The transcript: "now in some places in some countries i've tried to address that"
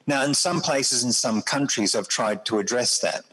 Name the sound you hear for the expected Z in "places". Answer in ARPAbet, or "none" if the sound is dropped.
Z